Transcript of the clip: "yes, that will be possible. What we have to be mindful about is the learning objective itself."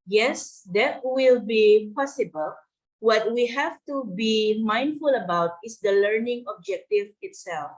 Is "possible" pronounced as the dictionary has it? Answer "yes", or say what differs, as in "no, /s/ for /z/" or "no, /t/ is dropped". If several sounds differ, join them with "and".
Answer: yes